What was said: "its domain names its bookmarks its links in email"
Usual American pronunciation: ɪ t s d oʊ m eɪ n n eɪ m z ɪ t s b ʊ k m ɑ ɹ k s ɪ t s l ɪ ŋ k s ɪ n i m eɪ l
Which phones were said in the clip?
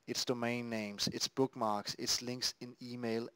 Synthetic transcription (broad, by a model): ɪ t s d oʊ m eɪ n n eɪ m s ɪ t s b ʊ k m ɑ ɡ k s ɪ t s l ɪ ŋ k s ɪ n i m eɪ l